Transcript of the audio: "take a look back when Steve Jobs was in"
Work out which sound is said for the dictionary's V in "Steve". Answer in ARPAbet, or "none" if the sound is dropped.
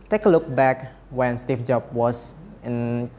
F